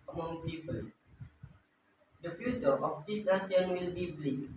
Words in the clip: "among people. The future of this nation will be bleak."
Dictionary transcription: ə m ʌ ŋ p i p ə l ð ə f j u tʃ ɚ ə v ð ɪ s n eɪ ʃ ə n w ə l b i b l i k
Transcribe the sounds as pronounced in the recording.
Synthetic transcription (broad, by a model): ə m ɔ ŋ p i p ə l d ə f j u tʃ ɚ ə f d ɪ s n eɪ s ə n w ə l b i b l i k